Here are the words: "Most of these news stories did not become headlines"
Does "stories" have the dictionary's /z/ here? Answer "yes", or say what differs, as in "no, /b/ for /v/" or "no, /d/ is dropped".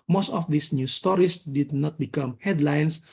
no, /s/ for /z/